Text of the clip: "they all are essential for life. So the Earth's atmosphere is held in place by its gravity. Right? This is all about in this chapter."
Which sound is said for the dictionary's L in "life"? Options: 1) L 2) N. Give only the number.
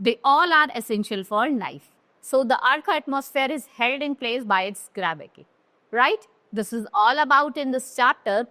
2